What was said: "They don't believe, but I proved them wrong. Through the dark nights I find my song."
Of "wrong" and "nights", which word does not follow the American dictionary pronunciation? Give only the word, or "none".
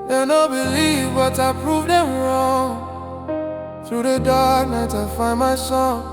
nights